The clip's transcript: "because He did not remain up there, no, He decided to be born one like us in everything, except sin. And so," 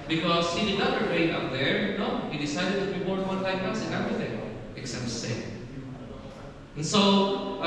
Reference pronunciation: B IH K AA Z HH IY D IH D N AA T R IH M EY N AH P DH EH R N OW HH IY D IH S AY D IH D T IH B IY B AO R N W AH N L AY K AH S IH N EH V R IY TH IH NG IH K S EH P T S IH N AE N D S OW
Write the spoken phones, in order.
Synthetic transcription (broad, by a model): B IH K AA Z HH IY D IH D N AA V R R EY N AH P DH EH R N OW HH IY D IH S AY D IH D T IH B IY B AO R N W AH N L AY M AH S IH N EH V R IY TH IH NG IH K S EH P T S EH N N S OW